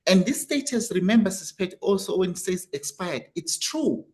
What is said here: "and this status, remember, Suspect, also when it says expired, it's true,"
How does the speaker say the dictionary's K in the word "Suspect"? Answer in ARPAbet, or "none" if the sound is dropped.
none